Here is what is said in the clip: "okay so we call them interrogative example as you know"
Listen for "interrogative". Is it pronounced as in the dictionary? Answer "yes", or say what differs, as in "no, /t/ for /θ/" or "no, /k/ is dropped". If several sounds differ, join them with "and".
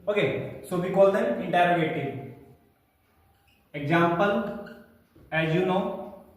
no, /v/ is dropped